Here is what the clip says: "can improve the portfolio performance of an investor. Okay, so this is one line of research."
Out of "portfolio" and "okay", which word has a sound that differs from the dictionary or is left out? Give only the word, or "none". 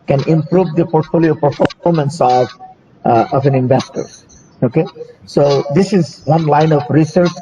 none